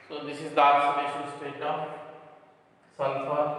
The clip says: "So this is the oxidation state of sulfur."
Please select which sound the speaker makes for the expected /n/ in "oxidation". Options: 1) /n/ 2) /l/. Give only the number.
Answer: 2